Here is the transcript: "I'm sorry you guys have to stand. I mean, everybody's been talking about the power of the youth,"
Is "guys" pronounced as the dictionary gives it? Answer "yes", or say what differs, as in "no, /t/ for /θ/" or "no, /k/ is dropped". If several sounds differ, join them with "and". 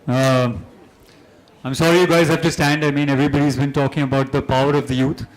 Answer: yes